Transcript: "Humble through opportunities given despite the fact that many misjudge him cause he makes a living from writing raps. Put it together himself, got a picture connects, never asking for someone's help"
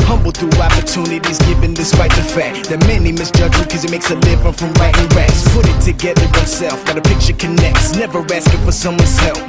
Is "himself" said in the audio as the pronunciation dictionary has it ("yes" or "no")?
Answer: no